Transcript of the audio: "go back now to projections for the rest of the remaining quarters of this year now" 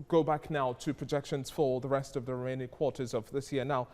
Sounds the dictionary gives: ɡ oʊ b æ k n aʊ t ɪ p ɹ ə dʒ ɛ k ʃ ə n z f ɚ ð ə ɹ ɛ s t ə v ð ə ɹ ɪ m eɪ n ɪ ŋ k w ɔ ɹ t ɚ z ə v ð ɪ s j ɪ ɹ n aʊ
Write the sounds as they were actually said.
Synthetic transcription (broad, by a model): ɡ oʊ b æ k n aʊ t ɪ p ɹ ə dʒ ɛ k ʃ ə n z f ɚ ð ə ɹ ɛ s t ə v ð ə ɹ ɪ m eɪ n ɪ k w ɔ ɹ t ɚ z ə v ð ɪ s j ɪ ɹ n aʊ